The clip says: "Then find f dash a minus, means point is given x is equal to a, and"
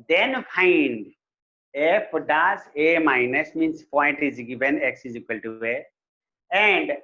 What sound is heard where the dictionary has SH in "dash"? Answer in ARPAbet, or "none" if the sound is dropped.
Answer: S